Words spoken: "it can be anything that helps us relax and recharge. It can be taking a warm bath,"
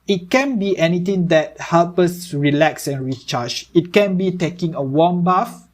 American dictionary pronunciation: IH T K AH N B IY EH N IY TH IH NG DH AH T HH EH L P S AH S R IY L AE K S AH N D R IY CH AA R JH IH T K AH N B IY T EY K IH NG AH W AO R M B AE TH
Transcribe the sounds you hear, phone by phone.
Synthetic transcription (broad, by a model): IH T K AH N B IY EH N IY T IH NG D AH T HH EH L P AH S R IY L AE K S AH N R IY CH AA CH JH IH T K AH N B IY T EY K IH NG AH W AO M B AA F